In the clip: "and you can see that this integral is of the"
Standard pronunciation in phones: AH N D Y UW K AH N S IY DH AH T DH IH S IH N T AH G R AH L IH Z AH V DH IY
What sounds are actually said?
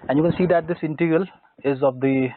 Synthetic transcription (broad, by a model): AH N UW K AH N S IY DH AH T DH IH S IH N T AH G AH L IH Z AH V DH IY